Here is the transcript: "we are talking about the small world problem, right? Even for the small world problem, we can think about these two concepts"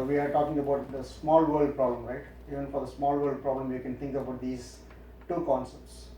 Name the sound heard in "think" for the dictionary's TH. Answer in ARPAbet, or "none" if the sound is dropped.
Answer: T